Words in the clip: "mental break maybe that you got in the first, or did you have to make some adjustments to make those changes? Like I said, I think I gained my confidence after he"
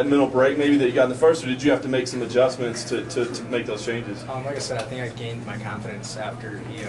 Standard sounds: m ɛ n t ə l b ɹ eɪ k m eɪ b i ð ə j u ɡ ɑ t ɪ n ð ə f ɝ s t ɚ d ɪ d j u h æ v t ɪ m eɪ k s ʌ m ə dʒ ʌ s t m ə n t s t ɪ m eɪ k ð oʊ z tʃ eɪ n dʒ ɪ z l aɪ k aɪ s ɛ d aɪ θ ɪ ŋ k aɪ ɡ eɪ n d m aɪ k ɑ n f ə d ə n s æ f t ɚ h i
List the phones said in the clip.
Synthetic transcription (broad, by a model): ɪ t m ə l b ɹ eɪ k m eɪ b i ð ə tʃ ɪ ɡ ɑ t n ð ə f ɝ s t ɚ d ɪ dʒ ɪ h æ f t ɪ m eɪ k s ʌ m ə dʒ ʌ s m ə n t s t ɪ m eɪ k ð oʊ z tʃ eɪ n dʒ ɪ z l aɪ k aɪ s ɛ d aɪ θ ɪ ŋ k aɪ ɡ eɪ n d m aɪ k ɑ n f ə d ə n s æ f t ɚ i